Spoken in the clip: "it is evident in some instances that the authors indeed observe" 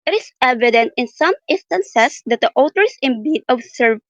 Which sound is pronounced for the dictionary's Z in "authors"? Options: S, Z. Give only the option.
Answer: S